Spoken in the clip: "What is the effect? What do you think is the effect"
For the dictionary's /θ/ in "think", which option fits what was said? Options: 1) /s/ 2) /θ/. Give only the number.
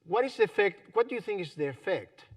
2